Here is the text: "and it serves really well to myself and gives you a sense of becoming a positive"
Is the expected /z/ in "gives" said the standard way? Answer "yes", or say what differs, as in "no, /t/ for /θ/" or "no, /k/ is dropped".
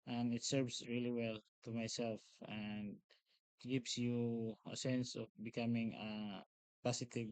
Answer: no, /s/ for /z/